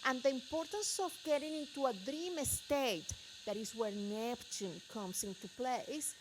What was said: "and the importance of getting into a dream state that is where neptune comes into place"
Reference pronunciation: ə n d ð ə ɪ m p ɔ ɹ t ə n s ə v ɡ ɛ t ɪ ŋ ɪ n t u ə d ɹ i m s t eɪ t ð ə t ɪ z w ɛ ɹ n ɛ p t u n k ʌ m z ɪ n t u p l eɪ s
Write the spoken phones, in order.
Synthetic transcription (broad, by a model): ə n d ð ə ɪ m p ɔ ɹ t ə n s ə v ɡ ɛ t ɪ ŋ ɪ n t u ə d ɹ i m s t eɪ t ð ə t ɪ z w ɛ ɹ n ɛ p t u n k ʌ m s ɪ n t u p l eɪ s